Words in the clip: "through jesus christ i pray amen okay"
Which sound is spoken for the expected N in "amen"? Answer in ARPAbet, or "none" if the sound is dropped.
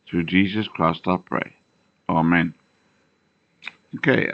N